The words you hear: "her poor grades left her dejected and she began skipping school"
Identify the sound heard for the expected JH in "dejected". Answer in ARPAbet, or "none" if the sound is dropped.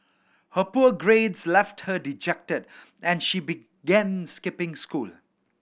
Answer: JH